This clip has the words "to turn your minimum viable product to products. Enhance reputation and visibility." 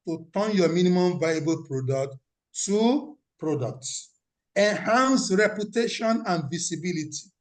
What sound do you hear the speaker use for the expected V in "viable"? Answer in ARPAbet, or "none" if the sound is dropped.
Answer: V